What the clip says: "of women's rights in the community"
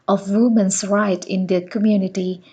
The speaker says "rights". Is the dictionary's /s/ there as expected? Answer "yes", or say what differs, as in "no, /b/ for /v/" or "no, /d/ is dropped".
no, /s/ is dropped